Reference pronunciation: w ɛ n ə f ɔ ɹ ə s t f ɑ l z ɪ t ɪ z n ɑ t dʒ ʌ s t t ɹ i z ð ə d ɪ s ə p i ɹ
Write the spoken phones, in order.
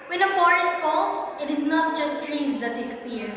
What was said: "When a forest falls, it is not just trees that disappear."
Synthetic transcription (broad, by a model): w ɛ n ə f ɔ ɹ ə s t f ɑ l s ɪ t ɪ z n ɑ t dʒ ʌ s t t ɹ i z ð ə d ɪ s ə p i ɹ